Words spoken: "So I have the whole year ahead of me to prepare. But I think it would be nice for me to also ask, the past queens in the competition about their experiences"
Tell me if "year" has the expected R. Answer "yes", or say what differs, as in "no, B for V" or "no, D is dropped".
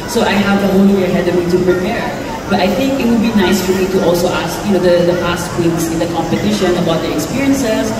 no, W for R